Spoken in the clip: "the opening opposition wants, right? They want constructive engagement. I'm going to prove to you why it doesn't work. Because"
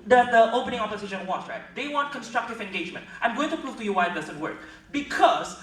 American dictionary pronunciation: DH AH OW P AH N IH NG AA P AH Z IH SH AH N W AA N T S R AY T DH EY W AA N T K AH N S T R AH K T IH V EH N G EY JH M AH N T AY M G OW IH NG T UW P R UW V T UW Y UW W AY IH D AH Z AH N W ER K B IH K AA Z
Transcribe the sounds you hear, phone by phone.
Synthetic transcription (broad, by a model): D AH OW P AH N IH NG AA P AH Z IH SH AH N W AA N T R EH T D EY W AA N T K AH N S T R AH K T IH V EH N G EY JH M AH N T AY M G OW IH NG T UW P R UW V T UW Y UW W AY IH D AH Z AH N W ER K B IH K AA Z